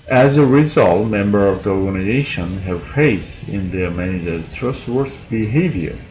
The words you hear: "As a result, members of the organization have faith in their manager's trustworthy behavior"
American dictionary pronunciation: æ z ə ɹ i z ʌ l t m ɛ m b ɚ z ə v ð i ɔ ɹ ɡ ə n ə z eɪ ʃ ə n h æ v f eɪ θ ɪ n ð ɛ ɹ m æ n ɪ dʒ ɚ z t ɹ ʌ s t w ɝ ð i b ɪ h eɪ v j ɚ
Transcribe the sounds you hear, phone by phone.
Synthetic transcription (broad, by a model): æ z ə ɹ i z ʌ l t m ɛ m b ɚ ə v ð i ɔ ɹ ɡ ə n ə z eɪ ʃ ə n h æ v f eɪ t ɪ n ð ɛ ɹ m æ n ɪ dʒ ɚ t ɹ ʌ s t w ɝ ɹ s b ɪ h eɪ v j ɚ